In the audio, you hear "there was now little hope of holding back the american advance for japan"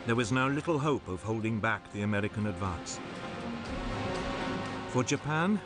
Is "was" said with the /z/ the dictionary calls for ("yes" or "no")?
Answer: yes